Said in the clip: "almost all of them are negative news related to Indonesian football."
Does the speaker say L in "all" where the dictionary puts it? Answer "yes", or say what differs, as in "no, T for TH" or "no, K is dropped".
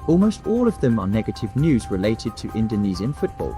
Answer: yes